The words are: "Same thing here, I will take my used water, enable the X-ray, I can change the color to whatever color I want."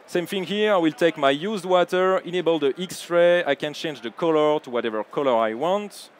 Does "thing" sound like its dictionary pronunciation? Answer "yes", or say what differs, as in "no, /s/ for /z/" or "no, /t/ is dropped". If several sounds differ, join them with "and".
no, /f/ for /θ/